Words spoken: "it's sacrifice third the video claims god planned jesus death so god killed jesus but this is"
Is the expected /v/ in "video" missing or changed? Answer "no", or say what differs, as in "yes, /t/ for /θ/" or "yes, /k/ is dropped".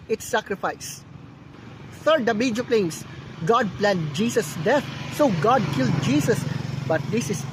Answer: yes, /b/ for /v/